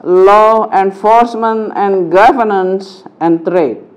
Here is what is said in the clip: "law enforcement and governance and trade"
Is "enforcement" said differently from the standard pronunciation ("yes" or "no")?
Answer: no